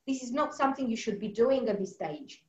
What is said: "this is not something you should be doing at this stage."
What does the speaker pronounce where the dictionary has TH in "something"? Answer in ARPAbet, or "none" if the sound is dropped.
TH